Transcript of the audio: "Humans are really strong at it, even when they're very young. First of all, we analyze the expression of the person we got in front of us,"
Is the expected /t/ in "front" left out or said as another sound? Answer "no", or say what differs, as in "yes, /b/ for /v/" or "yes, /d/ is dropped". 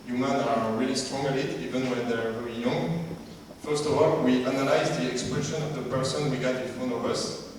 yes, /t/ is dropped